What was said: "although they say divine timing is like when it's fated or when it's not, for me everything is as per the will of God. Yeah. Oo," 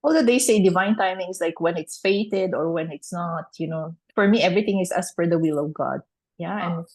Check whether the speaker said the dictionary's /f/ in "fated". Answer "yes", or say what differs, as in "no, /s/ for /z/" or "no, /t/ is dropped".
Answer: yes